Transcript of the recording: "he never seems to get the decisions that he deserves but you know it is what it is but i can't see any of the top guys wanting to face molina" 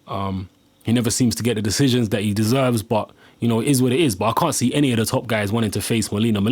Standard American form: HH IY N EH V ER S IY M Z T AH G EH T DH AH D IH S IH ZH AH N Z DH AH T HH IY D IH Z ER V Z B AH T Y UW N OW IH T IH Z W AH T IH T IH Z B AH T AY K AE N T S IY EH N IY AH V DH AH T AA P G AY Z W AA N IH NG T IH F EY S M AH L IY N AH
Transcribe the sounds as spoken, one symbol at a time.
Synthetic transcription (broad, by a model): HH IY N EH V ER S IY M Z T AH G EH T DH AH D IH S IH ZH AH N Z DH AH T HH IY D IH Z ER V Z B AH T Y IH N OW IH T IH Z W AH T IH T IH Z B AH T AY K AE N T S IY EH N IY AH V DH AH T AA P G AY Z W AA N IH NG T IH F EY S M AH L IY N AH